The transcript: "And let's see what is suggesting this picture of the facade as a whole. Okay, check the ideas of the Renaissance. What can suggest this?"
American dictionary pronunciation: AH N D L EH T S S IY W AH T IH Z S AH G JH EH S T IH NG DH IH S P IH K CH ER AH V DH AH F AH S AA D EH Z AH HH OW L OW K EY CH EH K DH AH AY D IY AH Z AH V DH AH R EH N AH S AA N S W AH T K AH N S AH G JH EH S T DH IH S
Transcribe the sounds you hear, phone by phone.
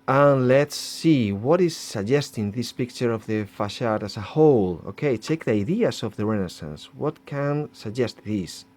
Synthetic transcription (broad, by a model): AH N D L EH T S S IY W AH T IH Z S AH G JH EH S T IH NG DH IH S P IH K CH ER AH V DH AH F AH SH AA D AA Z AH HH OW L OW K EY CH EH K DH AH AY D IY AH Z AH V DH AH R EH N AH S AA N S W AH T K AH N S AH G JH EH S T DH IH S